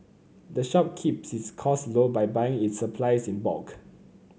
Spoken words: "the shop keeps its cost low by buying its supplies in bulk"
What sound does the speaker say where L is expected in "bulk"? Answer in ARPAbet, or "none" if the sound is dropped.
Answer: none